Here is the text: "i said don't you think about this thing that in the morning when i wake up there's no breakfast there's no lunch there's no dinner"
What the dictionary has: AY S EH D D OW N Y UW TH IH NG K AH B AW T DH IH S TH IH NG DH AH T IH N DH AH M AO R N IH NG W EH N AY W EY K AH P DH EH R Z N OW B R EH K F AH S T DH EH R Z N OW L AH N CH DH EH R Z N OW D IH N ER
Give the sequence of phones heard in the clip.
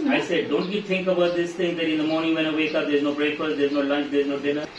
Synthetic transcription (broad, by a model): AY S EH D D OW N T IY T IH NG K AH B AW T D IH S T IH NG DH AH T IH N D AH M AO R N IH NG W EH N AY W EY K AH P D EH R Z N OW B R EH K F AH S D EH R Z N OW L AH N CH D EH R Z N OW D IH N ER